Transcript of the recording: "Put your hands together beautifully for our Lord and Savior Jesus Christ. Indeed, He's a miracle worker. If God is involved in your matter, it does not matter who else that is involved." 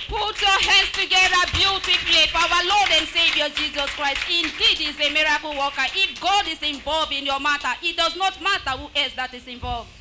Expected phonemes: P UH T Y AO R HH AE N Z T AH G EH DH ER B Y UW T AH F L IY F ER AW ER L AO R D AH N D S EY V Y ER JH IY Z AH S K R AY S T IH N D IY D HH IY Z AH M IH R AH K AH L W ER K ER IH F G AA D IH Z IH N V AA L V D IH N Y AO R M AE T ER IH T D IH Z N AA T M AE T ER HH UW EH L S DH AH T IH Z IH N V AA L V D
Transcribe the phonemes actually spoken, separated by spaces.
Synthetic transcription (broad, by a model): P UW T Y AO HH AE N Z T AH G EH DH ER B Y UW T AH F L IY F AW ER L AO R D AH N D S EY V Y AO JH IY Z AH S K R AY S T IH N D IY D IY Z AH M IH R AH K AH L W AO K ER IH F G AA D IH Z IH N V AA L V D IH N Y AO M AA T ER IH T D IH Z N AA T M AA T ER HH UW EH S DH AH T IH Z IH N V AA L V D